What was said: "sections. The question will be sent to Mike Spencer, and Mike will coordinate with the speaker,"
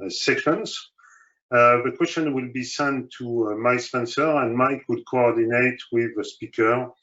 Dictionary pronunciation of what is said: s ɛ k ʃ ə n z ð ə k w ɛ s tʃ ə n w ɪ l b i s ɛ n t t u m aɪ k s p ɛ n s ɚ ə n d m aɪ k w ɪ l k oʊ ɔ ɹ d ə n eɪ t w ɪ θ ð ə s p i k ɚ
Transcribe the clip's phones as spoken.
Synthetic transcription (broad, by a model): s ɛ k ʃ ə n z ð ə k w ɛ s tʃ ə n w ɪ l b i s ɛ n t t u m aɪ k s p ɛ n s ɚ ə n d m aɪ k w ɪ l k oʊ ɔ ɹ d ə n eɪ t w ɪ ð ə s p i k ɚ